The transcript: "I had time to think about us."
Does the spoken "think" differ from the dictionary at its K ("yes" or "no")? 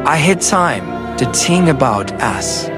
yes